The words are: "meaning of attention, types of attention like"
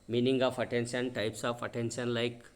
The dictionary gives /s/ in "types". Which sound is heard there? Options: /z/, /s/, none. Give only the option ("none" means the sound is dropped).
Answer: /s/